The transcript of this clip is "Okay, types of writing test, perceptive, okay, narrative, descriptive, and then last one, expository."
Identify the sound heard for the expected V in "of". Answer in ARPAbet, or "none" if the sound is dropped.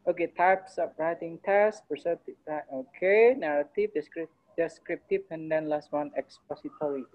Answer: P